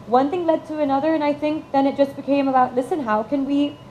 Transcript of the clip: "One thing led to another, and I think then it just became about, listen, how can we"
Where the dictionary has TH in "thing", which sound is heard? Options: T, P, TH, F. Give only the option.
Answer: TH